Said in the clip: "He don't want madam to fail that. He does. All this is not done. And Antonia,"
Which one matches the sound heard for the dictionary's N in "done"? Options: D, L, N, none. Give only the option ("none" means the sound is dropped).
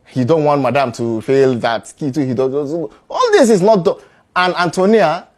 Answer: none